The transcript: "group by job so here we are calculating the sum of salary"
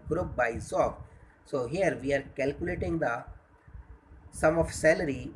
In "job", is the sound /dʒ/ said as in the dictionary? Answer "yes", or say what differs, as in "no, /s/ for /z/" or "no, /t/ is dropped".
no, /z/ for /dʒ/